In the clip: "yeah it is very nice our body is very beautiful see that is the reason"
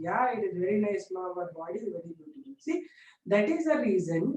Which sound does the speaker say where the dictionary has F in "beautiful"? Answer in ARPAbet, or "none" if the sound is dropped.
none